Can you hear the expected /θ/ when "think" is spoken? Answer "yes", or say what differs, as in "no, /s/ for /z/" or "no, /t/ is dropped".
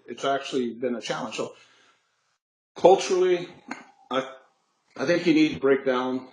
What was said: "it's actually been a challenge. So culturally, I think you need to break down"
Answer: yes